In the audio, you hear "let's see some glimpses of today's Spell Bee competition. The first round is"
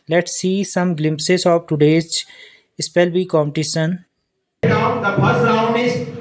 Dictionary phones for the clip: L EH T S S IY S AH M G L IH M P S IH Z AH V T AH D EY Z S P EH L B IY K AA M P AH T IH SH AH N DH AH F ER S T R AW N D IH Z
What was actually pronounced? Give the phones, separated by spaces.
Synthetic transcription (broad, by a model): L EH T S S IY S AH M G L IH M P S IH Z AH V T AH D EY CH S P EH L B IY K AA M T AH S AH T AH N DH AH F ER S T R AW N D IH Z